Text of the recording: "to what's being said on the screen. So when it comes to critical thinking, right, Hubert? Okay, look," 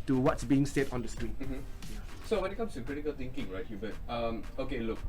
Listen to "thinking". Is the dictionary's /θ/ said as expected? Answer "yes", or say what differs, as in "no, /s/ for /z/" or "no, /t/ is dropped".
no, /t/ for /θ/